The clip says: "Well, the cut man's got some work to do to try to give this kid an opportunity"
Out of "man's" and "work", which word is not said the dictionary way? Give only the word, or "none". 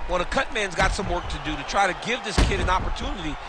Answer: none